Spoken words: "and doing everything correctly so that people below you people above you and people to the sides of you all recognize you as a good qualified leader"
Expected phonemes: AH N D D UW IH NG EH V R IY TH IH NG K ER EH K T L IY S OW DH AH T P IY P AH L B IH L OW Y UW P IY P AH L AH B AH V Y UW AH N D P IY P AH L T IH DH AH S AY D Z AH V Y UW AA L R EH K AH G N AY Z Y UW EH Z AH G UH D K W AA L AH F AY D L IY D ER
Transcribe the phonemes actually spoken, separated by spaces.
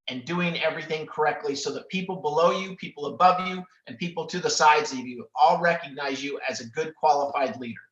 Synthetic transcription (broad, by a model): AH N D D UW IH NG EH V R IY TH IH NG K ER EH K T L IY S OW DH AH T P IY P L B IH L OW Y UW P IY P L AH B AH V Y UW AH N P IY P L T IH DH AH S AY D Z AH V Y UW AA L R EH K AH G N AY Z Y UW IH Z AH G UH D K W AA L AH F AY D L IY D ER